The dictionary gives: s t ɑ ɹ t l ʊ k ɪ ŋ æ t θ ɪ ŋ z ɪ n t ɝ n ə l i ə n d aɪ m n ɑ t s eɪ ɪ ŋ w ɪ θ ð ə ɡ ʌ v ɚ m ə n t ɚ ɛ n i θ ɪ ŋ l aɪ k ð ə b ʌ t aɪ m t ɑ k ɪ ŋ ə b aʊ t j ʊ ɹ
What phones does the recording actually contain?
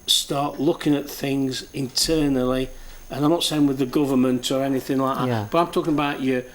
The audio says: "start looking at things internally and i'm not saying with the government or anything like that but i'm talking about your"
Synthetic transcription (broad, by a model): s t ɑ ɹ t l ʊ k ɪ ŋ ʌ t θ ɪ ŋ z ɪ n t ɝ n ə l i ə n aɪ m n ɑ t s eɪ ɪ ŋ w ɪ ð ə ɡ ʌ v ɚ m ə n t ɚ ɛ n i θ ɪ ŋ l aɪ k ð ə b ʌ t aɪ m t ɑ k ɪ ŋ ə b aʊ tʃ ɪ